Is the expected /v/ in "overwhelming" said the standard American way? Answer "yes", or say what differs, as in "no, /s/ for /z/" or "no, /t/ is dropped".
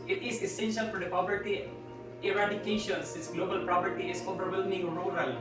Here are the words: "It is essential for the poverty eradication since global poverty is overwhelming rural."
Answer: no, /p/ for /v/